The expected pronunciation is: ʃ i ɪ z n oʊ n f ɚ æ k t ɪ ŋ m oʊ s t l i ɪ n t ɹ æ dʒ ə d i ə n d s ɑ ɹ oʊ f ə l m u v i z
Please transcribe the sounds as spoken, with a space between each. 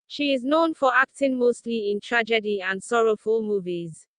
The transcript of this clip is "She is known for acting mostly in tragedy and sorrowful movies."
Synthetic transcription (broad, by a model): ʃ i ɪ z n oʊ n f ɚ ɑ k t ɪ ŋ m oʊ s t l i ɪ n t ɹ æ dʒ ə d i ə n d s ɑ ɹ oʊ f ə l m u v i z